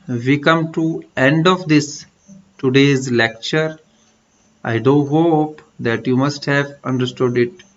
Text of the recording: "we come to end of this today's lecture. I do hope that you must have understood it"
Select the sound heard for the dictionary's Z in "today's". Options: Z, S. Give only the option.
Z